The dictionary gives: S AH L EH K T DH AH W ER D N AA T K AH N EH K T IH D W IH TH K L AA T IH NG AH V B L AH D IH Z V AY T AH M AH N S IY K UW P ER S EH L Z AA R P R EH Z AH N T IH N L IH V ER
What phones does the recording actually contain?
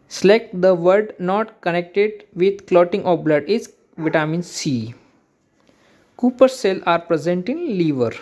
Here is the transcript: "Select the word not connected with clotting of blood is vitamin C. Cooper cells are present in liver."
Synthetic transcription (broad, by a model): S L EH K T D AH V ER D N AA T K AH N EH K T IH D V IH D K L AA T IH NG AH B L AH D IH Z V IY T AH M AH N S IY K UW P ER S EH L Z AA R P R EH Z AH N T IH N L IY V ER